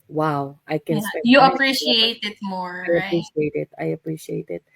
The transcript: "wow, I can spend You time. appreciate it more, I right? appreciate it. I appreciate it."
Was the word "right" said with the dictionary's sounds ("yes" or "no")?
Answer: no